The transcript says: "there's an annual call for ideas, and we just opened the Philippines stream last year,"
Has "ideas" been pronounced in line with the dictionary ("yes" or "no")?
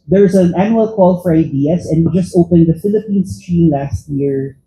no